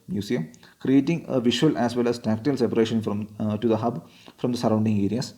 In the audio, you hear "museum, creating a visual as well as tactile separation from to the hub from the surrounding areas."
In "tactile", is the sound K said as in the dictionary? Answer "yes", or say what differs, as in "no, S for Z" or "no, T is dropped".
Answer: yes